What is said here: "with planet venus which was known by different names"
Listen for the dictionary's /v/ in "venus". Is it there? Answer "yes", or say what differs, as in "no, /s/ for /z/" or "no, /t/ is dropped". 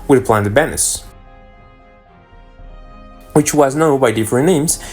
no, /b/ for /v/